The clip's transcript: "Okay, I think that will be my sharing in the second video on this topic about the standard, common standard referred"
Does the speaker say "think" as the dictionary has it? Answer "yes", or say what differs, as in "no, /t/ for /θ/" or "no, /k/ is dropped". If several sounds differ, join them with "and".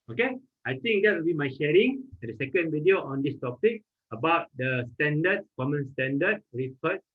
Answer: no, /t/ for /θ/